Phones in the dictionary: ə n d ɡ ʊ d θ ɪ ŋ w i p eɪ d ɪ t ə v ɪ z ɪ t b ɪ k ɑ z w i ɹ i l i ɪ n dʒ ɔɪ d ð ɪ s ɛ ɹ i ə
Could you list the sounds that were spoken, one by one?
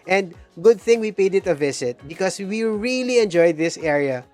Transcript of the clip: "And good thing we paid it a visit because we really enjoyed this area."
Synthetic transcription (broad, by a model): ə n d ɡ ʊ d θ ɪ ŋ w i p eɪ d ɪ t ə v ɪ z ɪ t b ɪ k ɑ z w i ɹ i l i ɪ n dʒ ɔɪ d ð ɪ s ɛ ɹ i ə